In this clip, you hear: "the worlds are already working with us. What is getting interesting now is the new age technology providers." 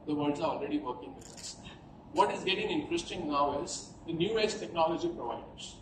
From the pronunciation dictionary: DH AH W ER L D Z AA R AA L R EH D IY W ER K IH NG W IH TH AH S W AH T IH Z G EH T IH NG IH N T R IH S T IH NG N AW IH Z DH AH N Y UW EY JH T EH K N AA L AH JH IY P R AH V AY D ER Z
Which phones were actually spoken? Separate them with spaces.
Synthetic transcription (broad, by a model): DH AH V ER D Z AA R AA L R EH D IY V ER K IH NG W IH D AH S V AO T IH Z G EH T IH NG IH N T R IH S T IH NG N AW IH Z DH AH N Y UW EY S T EH K N AA L AH JH IY P R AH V AY D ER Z